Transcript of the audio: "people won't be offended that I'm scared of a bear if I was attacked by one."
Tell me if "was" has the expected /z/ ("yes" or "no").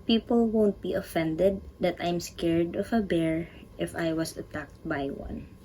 no